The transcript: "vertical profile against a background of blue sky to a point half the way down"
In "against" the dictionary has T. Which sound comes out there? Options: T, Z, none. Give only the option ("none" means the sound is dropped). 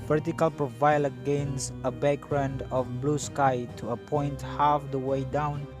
none